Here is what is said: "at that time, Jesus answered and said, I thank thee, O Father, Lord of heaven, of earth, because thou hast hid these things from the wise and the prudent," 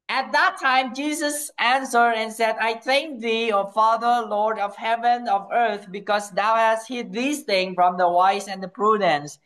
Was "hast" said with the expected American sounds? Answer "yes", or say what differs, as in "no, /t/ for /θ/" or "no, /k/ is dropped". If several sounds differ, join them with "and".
yes